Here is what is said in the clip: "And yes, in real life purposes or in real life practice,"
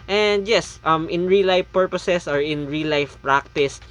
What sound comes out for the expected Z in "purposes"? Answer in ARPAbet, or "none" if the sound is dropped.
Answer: S